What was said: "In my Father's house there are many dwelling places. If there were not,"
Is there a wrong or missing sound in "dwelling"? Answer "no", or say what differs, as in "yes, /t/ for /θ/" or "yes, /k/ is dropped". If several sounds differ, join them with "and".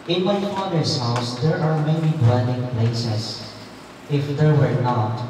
yes, /n/ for /l/